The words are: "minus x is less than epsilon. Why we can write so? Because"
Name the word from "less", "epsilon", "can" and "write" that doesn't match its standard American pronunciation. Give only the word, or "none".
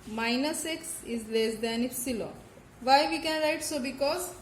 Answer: epsilon